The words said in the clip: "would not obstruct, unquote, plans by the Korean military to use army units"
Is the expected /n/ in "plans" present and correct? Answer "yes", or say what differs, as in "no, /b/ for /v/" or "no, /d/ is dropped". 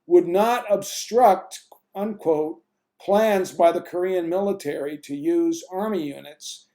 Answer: yes